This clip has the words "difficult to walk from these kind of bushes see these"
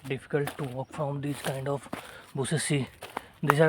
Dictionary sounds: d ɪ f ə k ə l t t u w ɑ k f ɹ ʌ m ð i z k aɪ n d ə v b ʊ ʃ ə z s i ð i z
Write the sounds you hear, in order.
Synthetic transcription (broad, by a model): d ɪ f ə k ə l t t u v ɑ k f ɹ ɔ m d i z k aɪ n d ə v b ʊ s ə s i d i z